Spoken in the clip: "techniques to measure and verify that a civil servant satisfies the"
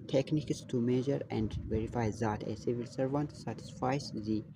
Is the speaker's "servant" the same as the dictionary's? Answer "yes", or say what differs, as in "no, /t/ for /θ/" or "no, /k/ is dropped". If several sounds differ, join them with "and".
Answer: yes